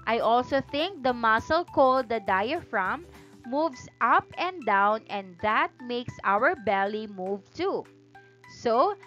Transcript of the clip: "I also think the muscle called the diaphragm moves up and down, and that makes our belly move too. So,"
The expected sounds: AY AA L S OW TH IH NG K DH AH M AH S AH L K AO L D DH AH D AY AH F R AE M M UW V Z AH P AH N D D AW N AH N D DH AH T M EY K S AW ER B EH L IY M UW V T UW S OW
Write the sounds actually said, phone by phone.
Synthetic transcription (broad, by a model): AY AA L S OW TH IH NG K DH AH M AH S AH L K AO L D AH D AY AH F R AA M M UW V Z AH P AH N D D AW N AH N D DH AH T M EY K S AW ER B EH L IY M UW V T UW S OW